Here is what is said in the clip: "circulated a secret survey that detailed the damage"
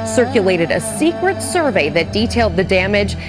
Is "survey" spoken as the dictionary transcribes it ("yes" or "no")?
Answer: yes